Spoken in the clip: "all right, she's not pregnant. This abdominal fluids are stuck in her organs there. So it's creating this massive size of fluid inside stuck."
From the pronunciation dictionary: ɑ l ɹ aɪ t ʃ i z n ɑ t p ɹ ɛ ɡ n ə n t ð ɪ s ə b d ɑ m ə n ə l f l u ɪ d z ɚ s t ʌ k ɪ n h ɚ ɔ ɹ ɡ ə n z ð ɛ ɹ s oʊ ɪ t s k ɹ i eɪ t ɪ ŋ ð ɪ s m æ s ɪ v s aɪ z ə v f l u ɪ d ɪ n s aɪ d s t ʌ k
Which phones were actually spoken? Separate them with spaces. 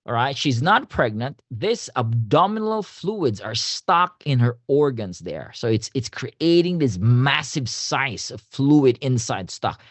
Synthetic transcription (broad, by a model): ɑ ɹ aɪ t ʃ i z n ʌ t p ɹ ɛ ɡ n ə n t ð ɪ s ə b d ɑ m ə n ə l f l u ɪ d z ɚ s t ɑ k ɪ n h ɚ ɔ ɹ ɡ ə n z ð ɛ ɹ s oʊ ɪ t s k ɹ i eɪ t ɪ ŋ ð ɪ s m æ s ɪ v s aɪ s ə v f l u ɪ d ɪ n s aɪ d s t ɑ k